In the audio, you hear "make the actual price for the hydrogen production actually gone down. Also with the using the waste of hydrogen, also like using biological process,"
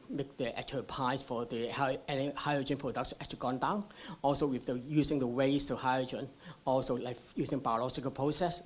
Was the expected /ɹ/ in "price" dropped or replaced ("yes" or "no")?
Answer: yes